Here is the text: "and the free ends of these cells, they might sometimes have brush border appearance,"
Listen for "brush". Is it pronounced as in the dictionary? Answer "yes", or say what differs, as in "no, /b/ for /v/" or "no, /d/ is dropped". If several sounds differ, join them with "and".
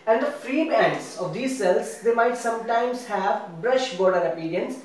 yes